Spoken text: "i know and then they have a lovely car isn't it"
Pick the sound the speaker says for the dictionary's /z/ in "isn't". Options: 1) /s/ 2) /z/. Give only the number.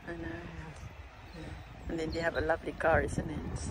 1